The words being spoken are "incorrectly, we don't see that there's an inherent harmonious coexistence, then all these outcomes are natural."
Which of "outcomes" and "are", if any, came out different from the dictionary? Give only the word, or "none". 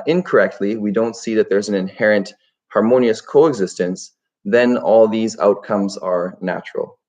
none